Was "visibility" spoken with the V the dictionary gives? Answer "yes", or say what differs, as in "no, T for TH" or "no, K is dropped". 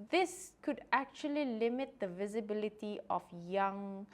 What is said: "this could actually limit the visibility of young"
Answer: yes